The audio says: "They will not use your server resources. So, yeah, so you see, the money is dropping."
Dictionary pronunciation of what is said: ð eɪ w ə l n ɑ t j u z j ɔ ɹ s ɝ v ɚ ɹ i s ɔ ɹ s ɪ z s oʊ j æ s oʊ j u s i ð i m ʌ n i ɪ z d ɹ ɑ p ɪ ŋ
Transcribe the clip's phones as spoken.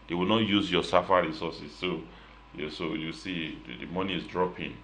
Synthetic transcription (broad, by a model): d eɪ w ə l n ɑ t j u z j ɔ s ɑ f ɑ ɹ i s ɔ s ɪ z s oʊ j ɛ s oʊ j u s i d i m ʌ n i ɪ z d ɹ ɑ p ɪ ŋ